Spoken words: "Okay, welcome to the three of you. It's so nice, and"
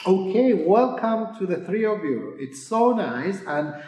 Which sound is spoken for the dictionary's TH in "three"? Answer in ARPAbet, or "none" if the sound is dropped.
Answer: TH